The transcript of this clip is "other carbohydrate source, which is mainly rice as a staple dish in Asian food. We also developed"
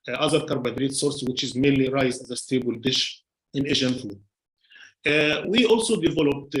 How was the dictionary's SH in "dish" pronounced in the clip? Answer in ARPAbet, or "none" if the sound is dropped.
SH